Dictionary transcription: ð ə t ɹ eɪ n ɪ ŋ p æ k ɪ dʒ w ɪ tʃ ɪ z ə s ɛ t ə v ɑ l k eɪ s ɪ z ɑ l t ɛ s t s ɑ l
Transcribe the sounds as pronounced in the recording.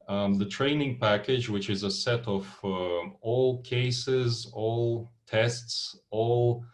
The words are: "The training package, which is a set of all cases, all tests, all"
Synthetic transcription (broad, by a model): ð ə t ɹ eɪ n ɪ ŋ p æ k ɪ dʒ w ɪ tʃ ɪ z ə s ɛ t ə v ɑ l k eɪ s ɪ z ɑ l t ɛ s t s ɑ l